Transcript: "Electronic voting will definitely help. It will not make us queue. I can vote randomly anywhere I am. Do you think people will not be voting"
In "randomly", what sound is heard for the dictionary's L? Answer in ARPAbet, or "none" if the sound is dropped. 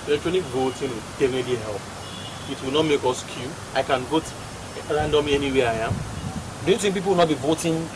none